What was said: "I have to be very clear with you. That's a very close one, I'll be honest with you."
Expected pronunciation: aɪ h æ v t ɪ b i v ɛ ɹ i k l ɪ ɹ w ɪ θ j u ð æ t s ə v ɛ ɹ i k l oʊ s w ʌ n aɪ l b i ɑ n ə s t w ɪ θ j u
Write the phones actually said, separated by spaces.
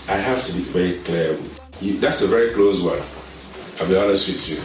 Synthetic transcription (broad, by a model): aɪ h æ f t ɪ b i v ɛ ɹ i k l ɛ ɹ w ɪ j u ð æ t s ə v ɛ ɹ i k l oʊ s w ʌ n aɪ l b i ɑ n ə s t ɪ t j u